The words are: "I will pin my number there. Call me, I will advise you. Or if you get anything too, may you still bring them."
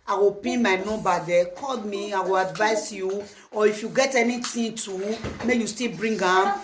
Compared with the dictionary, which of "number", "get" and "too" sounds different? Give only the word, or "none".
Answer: number